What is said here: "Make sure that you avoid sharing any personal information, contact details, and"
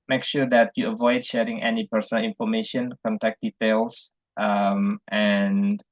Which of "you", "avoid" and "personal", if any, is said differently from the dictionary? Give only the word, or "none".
none